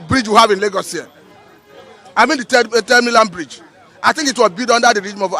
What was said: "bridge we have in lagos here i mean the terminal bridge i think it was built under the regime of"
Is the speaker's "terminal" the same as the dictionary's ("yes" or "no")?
no